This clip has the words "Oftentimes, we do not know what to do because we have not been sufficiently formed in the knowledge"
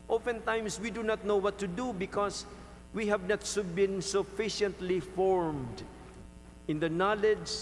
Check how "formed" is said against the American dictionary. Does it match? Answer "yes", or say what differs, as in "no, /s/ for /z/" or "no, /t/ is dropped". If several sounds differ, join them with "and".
yes